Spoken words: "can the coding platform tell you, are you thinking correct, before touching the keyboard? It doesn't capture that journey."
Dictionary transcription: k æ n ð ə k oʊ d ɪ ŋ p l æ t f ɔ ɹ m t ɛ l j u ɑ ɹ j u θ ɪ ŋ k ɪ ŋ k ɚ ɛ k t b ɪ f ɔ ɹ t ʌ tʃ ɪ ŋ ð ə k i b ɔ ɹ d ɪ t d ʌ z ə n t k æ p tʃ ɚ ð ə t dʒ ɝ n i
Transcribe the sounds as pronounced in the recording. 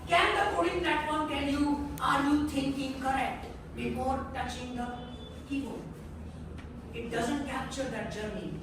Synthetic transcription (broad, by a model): k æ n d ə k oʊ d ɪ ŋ p l æ t f ɔ ɹ m t ɛ l j u ɑ ɹ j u t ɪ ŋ k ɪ ŋ k ɚ ɛ k t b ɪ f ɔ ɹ t ʌ tʃ ɪ ŋ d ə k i ɔ ɪ t d ʌ z ə n t k æ p tʃ ɚ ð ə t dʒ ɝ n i